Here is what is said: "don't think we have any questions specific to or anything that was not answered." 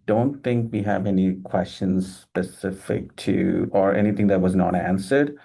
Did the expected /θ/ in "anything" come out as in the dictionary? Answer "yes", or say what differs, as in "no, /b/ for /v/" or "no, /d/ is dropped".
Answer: no, /t/ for /θ/